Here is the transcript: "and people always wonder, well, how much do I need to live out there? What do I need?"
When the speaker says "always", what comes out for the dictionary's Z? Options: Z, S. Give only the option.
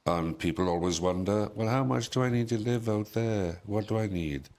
Z